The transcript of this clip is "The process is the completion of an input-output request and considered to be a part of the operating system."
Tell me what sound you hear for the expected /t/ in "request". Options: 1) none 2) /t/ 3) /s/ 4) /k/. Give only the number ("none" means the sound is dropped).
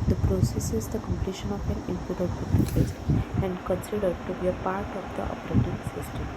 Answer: 1